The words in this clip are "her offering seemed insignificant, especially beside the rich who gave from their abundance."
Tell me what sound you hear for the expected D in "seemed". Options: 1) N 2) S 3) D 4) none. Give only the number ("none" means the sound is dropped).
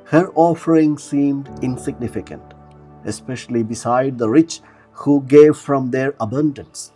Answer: 3